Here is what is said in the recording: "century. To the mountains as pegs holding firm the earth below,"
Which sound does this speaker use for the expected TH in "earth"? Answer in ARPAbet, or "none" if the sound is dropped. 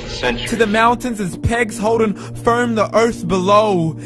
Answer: TH